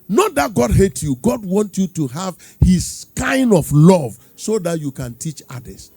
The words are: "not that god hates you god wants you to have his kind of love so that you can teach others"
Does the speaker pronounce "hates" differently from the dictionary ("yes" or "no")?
yes